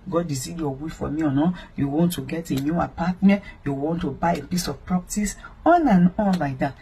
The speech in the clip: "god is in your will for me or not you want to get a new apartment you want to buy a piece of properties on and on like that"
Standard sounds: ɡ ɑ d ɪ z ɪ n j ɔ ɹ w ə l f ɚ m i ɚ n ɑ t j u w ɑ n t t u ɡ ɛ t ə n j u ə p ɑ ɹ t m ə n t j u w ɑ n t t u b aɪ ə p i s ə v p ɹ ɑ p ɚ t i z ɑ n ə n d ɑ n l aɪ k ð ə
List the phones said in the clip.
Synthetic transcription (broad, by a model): ɡ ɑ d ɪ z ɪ j ɔ w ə f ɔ m i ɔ n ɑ j u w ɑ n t t u ɡ ɛ t ə n j u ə p ɑ t m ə n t j u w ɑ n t t u b aɪ ə p i s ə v p ɹ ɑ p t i s ɑ n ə n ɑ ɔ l aɪ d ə